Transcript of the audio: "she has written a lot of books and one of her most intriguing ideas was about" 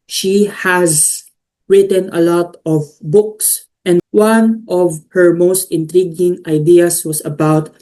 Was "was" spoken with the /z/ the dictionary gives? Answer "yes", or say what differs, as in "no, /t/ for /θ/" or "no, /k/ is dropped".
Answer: no, /s/ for /z/